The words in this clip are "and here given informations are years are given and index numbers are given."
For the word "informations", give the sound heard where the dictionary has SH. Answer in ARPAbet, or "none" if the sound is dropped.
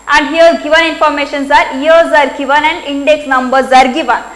SH